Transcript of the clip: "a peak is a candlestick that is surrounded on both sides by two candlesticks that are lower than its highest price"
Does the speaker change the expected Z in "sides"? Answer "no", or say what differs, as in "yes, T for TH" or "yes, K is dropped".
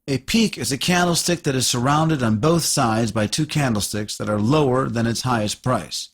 no